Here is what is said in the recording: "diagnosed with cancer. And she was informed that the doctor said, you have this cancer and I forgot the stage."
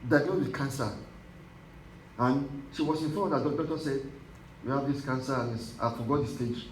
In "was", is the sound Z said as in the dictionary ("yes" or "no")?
no